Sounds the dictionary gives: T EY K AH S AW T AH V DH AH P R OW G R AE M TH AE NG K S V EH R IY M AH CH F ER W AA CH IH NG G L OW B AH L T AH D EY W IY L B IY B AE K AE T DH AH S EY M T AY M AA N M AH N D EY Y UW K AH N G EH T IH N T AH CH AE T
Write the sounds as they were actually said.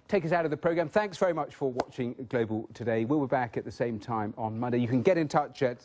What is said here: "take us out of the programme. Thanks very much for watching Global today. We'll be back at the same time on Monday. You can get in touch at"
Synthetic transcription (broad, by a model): T EY K AH S AW T AH V DH AH P R OW G R AE M TH AE NG K S V EH R IY M AH CH F ER W AA CH IH NG G L OW B AH L T AH D EY W IY L B IY B AE K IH T DH AH S EY M T AY M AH N M AH N D EY Y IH K AH N G EH T IH N T AH CH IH T